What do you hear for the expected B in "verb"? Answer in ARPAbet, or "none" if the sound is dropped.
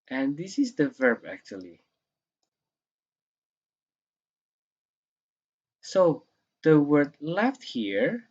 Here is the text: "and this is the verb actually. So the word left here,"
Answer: B